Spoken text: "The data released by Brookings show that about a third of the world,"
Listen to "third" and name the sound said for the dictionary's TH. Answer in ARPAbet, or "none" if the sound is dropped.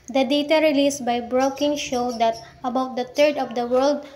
T